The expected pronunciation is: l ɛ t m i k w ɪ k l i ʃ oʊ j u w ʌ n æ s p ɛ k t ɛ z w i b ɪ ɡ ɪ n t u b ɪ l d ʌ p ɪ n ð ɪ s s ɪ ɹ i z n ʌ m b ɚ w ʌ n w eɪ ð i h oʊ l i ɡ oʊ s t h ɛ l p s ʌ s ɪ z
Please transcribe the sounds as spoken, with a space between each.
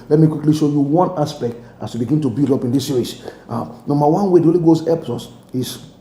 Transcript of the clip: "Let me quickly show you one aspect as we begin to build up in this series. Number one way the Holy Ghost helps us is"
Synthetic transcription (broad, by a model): l ɛ t m i k w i k l i ʃ oʊ j u w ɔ n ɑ s p ɛ k t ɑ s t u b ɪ ɡ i n t u b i l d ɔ p ɪ n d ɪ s s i ɹ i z n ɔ m b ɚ w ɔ n w eɪ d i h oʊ l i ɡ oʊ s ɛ p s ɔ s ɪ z